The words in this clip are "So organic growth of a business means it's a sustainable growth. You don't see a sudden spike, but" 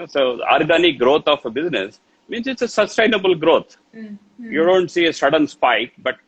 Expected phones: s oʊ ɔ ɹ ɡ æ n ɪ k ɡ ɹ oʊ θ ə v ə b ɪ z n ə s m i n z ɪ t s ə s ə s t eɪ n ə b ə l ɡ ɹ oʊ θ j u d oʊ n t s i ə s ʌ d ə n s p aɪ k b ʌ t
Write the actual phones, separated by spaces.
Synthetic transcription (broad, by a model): s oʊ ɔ ɹ ɡ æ n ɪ k ɡ ɹ oʊ t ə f b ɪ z n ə s m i n s ɪ t s ə s ə s t eɪ n ə b ə l ɡ ɹ oʊ t j u d oʊ n t s i ə s ʌ d ə n s p aɪ k b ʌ t